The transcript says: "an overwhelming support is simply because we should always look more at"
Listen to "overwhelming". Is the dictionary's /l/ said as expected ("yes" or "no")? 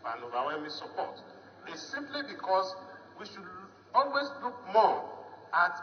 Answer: no